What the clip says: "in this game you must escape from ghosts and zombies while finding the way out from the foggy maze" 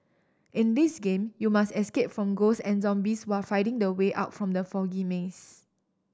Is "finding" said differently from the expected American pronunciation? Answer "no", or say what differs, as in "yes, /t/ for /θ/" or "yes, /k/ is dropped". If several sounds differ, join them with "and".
yes, /n/ is dropped